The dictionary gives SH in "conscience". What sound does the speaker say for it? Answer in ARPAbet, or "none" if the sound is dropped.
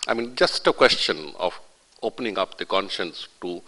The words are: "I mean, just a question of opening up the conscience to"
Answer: SH